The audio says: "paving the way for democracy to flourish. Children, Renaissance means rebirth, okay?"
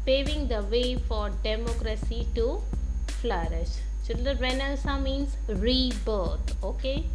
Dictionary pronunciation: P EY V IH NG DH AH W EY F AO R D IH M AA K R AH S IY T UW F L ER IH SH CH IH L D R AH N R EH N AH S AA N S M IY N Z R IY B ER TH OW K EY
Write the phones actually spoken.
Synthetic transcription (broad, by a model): P EY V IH NG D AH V EY F AO R D IH M AA K R AH S IY T UW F L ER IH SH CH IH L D AH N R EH N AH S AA M IY N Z R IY B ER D OW K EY